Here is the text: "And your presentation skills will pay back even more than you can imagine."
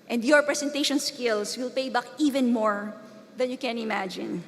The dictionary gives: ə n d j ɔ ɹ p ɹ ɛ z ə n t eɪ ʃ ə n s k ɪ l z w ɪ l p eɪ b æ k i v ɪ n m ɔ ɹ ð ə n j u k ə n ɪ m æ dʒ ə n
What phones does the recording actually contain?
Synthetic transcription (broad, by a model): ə n d j ɔ ɹ p ɹ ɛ s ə n t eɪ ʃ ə n s k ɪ l s w ɪ l p eɪ b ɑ k i v ɪ n m ɔ ɹ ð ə n j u k ə n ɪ m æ dʒ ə n